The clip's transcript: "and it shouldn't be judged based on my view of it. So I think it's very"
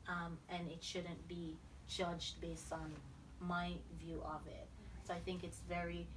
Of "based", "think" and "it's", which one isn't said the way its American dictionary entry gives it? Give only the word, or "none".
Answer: none